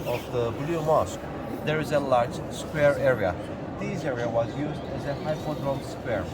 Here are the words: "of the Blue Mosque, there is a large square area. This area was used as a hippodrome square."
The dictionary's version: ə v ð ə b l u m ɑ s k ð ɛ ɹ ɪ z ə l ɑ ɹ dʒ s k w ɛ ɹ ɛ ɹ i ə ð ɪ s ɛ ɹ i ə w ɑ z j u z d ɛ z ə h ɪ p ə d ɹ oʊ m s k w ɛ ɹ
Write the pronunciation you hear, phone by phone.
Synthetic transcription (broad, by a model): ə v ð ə b l u m ɑ s k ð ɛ ɹ ɪ z ə l ɑ ɹ dʒ s k w ɛ ɹ ɛ ɹ i ə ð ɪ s ɛ ɹ i ə w ɑ z j u z d ɛ z ə h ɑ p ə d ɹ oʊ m s k w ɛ ɹ